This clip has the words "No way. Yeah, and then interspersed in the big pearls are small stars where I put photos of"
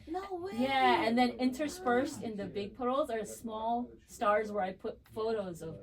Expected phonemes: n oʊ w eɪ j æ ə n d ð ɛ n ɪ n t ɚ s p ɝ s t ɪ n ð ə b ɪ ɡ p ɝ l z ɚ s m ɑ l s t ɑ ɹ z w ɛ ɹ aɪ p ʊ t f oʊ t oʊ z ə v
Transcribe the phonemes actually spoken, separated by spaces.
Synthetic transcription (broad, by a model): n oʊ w j æ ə n ð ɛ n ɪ n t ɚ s f ɝ s t ɪ n ð ə b ɪ ɡ p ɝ l z ɚ s m ɑ l s t ɑ ɹ z w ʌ ɹ aɪ p ʊ t f oʊ t oʊ z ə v